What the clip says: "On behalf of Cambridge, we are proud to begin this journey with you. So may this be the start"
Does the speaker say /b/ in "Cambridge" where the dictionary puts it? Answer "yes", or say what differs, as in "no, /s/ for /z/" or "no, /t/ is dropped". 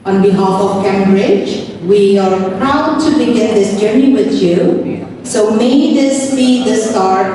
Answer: yes